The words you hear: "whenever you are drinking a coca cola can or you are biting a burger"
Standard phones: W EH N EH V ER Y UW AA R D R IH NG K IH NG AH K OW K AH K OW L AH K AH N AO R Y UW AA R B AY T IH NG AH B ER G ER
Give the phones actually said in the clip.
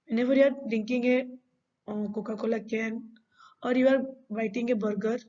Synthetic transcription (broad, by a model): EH N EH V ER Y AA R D IH NG K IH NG AH K OW K AH K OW L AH K AH N AO R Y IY AA R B AY T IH NG AH B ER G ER